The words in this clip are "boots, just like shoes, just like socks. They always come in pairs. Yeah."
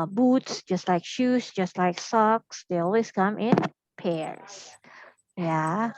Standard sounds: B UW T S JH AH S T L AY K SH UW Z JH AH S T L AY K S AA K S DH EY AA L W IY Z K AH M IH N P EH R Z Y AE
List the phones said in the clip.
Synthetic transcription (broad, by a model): B UW T S JH AH S T L AY K SH UW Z JH AH S T L AY K S AA K S DH EY AA L W IY Z K AH M IH N P EH R Z Y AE